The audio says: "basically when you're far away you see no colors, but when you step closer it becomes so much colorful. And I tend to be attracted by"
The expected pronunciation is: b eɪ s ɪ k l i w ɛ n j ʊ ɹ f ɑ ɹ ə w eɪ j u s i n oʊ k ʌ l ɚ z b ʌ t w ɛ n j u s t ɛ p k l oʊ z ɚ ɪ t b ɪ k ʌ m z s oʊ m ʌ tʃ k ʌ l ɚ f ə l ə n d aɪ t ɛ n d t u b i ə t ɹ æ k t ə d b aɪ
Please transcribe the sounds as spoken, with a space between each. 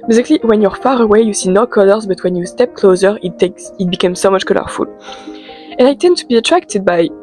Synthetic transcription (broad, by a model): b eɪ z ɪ k l i w ɛ n j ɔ ɹ f ɑ ɹ ə w eɪ j u s i n oʊ k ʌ l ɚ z b ʌ t w ɛ n j u s t ɛ p k l oʊ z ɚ ɪ t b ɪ k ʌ m s oʊ m ʌ tʃ k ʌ l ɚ f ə l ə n aɪ t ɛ n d t u b i ə t ɹ æ k t ə d b aɪ